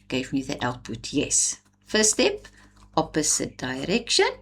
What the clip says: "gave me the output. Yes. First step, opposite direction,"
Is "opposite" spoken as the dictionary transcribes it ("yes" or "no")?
no